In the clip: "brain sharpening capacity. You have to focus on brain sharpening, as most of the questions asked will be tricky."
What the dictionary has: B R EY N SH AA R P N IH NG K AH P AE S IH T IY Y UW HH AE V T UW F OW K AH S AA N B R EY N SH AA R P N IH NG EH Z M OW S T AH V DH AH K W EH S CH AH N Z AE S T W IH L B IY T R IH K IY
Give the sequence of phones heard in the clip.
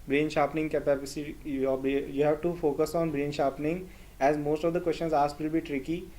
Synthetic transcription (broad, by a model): B R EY N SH AA P N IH NG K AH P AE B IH S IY Y UW HH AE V T UW F OW K AH S AA N B R EY N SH AA P N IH NG EH Z M OW S T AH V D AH K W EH S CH AH N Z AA S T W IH L B IY T R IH K IY